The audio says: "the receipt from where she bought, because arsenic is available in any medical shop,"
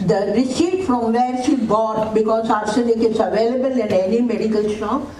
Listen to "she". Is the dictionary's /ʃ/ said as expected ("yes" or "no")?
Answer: no